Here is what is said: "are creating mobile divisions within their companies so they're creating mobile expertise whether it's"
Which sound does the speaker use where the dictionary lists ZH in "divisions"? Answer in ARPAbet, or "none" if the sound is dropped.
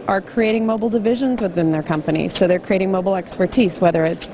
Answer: ZH